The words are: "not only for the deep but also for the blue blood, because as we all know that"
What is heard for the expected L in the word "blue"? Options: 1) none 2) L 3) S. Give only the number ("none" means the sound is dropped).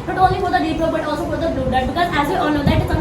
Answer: 1